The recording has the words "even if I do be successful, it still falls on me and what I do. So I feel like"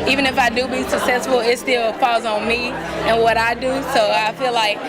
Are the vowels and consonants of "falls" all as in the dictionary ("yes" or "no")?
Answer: no